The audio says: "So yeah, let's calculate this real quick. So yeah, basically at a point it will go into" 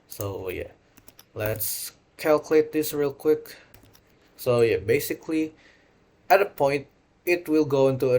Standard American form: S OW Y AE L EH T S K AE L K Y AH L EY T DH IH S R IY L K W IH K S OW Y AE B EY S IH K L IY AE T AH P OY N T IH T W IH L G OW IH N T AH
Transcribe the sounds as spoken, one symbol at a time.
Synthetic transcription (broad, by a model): S OW Y AE L EH T S K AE L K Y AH L EY T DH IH S R IY L K W IH K S OW Y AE B EY S IH K L IY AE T AH P OY N T IH T W IH L G OW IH N T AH